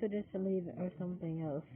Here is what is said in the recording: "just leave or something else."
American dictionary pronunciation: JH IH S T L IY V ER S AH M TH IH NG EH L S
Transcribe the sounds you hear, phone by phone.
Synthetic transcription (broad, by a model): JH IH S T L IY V ER S AH M TH IH NG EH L S